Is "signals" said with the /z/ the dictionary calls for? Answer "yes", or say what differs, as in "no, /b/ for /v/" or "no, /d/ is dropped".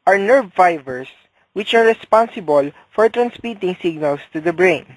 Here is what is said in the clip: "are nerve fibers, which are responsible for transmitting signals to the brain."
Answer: no, /s/ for /z/